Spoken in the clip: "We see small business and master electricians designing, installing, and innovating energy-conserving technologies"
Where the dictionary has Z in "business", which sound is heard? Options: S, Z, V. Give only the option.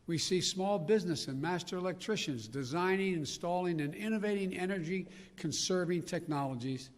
Z